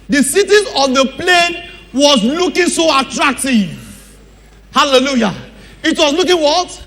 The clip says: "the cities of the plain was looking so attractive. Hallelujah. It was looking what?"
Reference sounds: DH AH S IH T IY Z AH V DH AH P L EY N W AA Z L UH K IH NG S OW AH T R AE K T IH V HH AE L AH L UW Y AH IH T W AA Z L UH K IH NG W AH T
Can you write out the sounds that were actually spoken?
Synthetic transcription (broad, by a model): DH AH S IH T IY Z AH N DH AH P L EY N W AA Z L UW K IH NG S OW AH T R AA K T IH V HH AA L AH L UW Y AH IH T W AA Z L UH K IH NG W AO T